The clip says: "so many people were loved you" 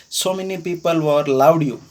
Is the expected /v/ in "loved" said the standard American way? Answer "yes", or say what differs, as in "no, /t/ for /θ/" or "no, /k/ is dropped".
no, /w/ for /v/